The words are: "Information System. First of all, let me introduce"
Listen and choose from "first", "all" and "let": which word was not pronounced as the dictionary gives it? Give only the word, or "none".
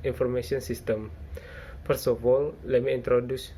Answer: first